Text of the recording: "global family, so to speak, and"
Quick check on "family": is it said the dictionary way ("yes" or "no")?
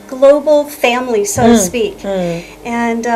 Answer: yes